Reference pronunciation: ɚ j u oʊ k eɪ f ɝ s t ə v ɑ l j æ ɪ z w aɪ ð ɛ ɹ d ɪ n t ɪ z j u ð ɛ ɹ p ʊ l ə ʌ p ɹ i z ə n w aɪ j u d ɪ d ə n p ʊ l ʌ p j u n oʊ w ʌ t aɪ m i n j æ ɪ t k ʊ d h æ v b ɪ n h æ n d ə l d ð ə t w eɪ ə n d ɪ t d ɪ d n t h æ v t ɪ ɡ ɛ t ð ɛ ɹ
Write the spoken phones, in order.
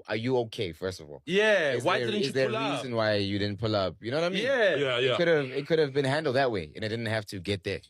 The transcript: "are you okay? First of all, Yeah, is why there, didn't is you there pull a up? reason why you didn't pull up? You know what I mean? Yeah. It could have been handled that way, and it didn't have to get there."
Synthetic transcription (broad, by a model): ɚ j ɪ oʊ k eɪ f ɝ s t ə v ɑ l j æ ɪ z w aɪ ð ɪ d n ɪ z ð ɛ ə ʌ ɹ i z ə n w aɪ j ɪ d ɪ d n p ʊ l ʌ p j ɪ n oʊ w ʌ t aɪ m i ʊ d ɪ ɪ t k ʊ d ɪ v b ɪ n h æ n d l d ð ə t w eɪ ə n ɪ t d ɪ d n t h æ f t ɪ ɡ ɛ t ð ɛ ɹ